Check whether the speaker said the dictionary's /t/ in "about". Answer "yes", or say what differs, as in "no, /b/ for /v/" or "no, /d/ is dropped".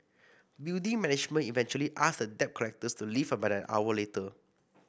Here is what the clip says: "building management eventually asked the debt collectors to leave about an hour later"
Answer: no, /t/ is dropped